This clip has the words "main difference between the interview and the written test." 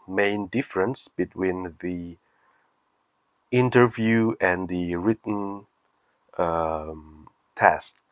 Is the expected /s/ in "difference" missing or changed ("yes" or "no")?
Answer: no